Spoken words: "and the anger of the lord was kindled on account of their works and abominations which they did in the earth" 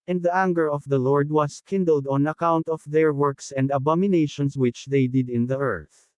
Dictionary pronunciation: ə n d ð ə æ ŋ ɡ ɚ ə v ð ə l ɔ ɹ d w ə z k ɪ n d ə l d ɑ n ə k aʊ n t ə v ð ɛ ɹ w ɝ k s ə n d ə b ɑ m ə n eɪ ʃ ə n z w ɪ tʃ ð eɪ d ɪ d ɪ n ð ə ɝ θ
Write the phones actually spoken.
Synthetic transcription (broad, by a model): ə n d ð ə æ ŋ ɡ ɚ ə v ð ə l ɔ ɹ d w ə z k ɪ n d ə l d ɑ n ə k aʊ n t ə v ð ɛ ɹ w ɝ k s ə n d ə b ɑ m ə n eɪ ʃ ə n s w ɪ tʃ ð eɪ d ɪ d ɪ n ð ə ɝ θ